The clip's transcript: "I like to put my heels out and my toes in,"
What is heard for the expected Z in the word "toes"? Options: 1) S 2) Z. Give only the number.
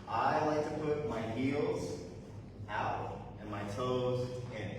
2